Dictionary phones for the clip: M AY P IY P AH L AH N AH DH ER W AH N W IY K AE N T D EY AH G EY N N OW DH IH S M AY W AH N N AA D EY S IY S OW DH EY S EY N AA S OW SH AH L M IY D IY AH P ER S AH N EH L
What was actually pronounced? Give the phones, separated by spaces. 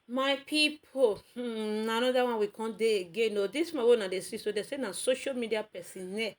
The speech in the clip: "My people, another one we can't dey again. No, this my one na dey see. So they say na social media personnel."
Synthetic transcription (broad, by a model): M AY P IY P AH N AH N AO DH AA W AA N W IY K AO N D EY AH G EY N N OW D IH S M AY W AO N N AA D EY S IY S OW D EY S EY N AA S OW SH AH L M IY D IY AH P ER S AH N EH